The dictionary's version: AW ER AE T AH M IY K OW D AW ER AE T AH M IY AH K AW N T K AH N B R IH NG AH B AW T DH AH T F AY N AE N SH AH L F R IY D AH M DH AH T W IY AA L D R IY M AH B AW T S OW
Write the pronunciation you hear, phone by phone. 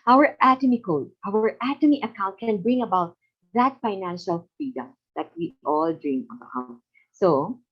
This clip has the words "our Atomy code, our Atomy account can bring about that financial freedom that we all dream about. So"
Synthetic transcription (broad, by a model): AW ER AE T AH M IY K OW D AW ER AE T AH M IY AH K AW N T K AH N B R IH NG AH B AW T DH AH T F AY N AE N SH AH L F IY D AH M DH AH T W IY AA L D R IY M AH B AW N S OW